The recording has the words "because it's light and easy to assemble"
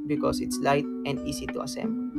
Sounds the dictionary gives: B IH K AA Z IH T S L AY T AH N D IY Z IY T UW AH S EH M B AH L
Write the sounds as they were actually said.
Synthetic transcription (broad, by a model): B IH K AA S IH T S L AY T AH N D IY S IY T UW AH S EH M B